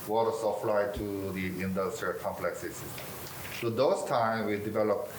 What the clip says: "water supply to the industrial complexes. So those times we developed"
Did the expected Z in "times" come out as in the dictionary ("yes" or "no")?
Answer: no